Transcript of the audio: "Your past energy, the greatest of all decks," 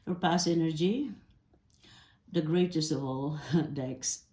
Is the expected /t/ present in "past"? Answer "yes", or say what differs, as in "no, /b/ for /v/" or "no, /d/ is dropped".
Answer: no, /t/ is dropped